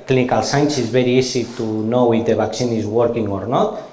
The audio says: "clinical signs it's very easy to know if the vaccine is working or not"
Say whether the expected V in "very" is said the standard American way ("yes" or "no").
no